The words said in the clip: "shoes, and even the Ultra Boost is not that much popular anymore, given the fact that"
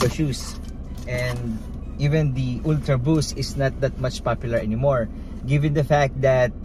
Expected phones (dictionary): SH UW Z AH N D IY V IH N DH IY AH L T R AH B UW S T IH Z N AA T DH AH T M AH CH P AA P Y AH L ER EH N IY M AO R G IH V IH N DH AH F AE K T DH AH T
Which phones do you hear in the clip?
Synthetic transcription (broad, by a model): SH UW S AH N D IY V IH N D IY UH L T R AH B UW S IH S N AA T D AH T M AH CH P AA P Y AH L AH EH N IY M AO R G IH V IH N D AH F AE K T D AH T